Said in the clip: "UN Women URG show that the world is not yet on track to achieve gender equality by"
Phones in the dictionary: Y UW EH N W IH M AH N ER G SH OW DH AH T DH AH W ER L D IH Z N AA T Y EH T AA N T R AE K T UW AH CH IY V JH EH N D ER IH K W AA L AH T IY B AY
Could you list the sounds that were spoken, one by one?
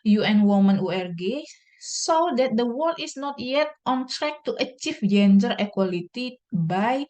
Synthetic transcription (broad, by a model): Y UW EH N W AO M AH N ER G S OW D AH T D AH W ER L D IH S N AA T Y EH T AA N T R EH K T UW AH CH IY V JH EH N D ER IH K W AA L AH T IY B AY